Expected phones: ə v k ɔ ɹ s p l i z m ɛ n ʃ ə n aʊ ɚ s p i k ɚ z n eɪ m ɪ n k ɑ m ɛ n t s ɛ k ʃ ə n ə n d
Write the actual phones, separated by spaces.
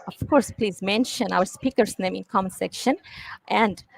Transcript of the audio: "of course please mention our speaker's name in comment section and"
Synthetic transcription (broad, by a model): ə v k ɔ ɹ s p l i z m ɛ n ʃ ə n aʊ ɚ s p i k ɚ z n eɪ m ɪ n k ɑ m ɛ n s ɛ k ʃ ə n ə n d